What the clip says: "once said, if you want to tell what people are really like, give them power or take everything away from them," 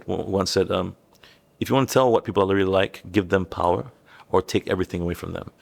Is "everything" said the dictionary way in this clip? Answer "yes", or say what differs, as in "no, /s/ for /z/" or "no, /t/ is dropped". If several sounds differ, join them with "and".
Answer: yes